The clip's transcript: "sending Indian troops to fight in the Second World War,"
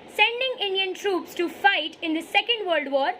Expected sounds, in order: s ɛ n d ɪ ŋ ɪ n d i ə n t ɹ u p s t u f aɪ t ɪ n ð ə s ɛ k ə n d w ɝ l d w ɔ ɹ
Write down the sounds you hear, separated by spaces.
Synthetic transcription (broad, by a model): s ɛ n d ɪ ŋ ɪ n d i ə n t ɹ u p s t u f aɪ t ɪ n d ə s ɛ k ə n d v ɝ l d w ɔ ɹ